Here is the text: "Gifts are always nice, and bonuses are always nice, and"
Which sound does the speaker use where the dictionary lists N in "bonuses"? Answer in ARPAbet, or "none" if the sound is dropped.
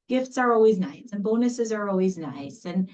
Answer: N